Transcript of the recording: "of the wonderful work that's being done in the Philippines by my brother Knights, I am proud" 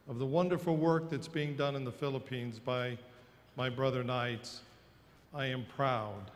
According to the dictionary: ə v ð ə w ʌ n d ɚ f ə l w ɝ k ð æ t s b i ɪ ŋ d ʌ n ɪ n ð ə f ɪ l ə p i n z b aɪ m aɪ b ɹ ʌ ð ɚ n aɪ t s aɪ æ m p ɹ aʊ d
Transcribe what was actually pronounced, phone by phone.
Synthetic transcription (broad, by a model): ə v ð ə w ʌ n d ɚ f l w ɝ k ð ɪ t s b i ɪ ŋ d ʌ n ɪ n ð ə f ɪ l ə p i n z b aɪ m aɪ b ɹ ʌ ð ɚ n aɪ t s aɪ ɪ m p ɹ aʊ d